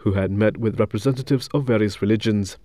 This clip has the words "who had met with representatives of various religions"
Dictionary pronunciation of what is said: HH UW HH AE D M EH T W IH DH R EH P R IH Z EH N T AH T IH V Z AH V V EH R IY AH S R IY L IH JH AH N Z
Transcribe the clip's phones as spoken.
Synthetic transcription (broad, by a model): HH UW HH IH D M EH T W IH DH R EH P R IH Z EH N T AH T IH V Z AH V V EH R IY AH S R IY L IH JH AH N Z